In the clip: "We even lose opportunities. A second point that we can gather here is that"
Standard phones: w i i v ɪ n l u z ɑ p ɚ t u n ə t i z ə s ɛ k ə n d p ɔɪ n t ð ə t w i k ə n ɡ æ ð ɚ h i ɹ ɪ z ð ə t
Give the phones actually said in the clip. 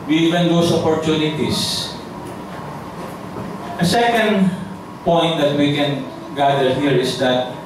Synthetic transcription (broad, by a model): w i i v ɪ n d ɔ s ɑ p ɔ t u n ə t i s ə s ɛ k ə n d p ɔɪ n t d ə t w i k ə n ɡ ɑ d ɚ h i ɹ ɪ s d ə t